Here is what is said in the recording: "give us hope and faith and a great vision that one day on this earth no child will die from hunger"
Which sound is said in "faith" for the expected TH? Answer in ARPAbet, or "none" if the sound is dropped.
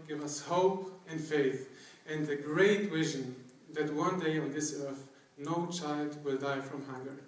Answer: TH